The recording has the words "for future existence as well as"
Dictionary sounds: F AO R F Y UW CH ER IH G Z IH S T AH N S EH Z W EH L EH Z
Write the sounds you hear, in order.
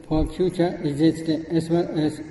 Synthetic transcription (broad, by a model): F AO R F Y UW CH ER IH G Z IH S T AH S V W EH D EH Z